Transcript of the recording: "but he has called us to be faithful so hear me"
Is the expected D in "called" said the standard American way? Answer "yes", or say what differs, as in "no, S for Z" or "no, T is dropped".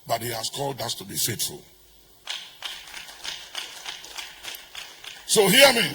yes